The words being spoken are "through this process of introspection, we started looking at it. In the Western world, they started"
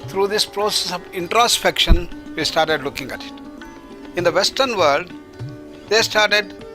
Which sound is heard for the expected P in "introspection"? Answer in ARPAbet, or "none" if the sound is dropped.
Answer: P